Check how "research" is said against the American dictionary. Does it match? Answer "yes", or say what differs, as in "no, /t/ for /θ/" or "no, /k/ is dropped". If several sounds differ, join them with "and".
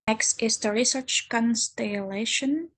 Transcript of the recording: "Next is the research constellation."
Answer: yes